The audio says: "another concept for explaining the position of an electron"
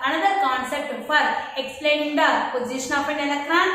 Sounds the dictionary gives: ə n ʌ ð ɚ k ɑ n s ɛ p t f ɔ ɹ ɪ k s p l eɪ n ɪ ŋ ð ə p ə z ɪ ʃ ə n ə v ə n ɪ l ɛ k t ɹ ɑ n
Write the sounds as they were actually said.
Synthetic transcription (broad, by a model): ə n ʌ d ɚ k ɑ n s ɛ p t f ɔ ɹ ɪ k s p l eɪ n ɪ ŋ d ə p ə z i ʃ ə n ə p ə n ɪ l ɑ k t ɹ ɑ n